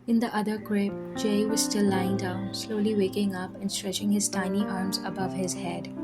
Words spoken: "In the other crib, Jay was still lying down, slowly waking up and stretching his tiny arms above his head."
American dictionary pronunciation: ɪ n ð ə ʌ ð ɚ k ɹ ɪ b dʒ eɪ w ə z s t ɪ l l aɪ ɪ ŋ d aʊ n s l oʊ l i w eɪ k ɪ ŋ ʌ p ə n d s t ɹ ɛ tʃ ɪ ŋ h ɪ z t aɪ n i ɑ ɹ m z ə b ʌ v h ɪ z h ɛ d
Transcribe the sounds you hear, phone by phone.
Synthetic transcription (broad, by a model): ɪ n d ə ʌ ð ɚ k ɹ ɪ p dʒ eɪ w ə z s t ɪ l l aɪ ɪ ŋ d aʊ n s l oʊ l i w eɪ k ɪ ŋ ʌ p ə n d s t ɹ ɛ tʃ ɪ ŋ h ɪ z t aɪ n i ɑ ɹ m z ə b ʌ v h ɪ z h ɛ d